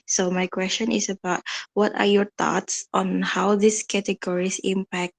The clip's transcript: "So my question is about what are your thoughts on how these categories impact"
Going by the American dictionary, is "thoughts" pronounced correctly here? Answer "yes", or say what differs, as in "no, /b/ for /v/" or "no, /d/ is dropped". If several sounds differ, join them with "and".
no, /t/ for /θ/